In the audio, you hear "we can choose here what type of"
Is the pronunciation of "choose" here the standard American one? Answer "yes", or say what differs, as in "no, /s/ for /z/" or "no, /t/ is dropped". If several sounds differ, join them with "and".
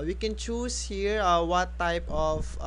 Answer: no, /s/ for /z/